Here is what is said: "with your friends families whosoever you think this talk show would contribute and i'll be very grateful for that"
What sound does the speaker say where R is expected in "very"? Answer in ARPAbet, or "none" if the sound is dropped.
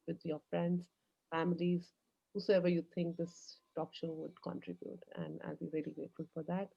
L